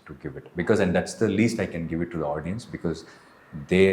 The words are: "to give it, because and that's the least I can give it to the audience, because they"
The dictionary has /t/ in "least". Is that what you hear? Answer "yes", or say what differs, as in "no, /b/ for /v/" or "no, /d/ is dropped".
yes